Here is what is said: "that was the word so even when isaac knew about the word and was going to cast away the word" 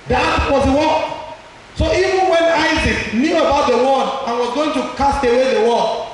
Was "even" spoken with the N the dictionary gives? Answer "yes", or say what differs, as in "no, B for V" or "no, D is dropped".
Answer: yes